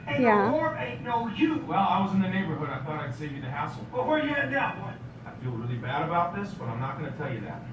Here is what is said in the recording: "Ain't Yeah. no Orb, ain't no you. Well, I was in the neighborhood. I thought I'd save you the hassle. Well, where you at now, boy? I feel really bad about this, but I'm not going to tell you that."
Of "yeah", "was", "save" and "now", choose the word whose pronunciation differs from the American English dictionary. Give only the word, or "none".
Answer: now